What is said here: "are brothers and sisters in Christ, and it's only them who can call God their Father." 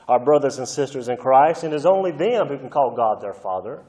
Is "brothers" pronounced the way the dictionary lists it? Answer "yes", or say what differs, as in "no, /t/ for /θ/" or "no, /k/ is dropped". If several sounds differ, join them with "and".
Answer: yes